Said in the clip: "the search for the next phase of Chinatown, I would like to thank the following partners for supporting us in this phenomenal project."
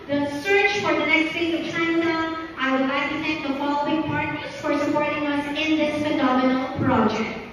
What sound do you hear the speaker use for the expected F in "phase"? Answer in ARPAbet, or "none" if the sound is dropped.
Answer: P